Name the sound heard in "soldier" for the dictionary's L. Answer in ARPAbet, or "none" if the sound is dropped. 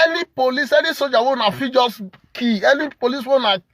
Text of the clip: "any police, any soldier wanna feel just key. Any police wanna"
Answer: none